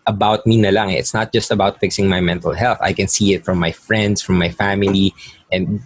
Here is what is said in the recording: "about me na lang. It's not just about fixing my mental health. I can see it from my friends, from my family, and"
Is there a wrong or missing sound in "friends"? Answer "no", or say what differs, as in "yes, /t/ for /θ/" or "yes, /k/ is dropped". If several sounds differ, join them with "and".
yes, /s/ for /z/